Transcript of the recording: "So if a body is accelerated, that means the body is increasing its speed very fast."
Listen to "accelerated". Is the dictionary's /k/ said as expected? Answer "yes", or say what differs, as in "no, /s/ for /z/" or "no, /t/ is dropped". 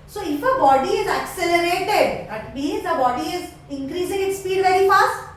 yes